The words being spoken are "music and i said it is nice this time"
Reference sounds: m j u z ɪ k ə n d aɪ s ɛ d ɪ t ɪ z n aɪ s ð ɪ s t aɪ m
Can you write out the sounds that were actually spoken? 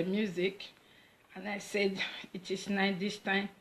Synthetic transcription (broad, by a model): m j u z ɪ k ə n aɪ s ɛ d ɪ t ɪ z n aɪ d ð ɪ s t aɪ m